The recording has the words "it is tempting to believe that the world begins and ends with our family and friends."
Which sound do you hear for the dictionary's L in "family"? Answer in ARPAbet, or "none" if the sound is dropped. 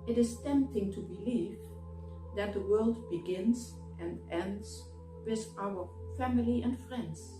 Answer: L